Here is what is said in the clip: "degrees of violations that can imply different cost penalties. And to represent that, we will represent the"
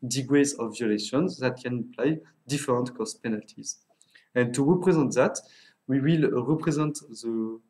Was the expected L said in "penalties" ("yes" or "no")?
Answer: yes